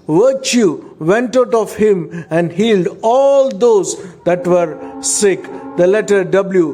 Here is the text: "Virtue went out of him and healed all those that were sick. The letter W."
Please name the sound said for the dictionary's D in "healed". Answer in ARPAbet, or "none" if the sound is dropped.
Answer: D